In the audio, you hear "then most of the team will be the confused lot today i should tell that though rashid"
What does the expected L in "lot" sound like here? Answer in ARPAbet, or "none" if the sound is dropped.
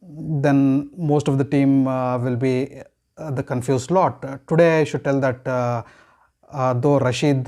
L